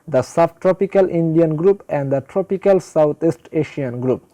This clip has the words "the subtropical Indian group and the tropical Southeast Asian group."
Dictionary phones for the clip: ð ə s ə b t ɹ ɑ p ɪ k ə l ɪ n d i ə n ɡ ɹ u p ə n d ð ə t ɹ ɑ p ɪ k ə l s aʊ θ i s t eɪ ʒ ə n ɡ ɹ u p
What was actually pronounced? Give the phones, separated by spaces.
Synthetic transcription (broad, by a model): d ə s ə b t ɹ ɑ p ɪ k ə l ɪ n d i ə n ɡ ɹ u p ə n d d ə t ɹ ɑ p ɪ k ə l s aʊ t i s t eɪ ʃ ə n ɡ ɹ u p